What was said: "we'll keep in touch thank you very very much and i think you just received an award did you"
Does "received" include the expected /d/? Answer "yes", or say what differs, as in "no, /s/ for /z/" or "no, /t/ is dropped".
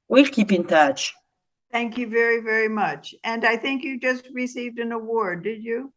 yes